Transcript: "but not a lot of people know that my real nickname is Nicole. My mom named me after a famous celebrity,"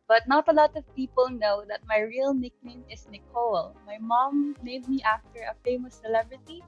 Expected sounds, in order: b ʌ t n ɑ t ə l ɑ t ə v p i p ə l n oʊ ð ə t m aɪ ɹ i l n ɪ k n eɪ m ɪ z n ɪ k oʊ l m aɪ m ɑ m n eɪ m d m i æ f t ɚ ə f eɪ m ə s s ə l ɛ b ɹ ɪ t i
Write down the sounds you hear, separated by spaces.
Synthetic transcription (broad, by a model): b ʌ t n ɑ t ə l ɑ t ə v p i p ə l n oʊ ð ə t m aɪ ɹ i l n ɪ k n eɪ m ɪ s n ɪ k oʊ l m aɪ m ɑ m eɪ d m i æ f t ɚ ə f eɪ m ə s s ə l ɛ b ɹ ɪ t i